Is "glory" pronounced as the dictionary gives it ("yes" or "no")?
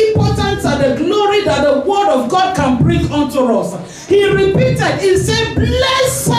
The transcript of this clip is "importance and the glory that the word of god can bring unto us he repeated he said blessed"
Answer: no